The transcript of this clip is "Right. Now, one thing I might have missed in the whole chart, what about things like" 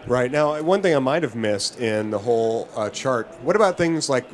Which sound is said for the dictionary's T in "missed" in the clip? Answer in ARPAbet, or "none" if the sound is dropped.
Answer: T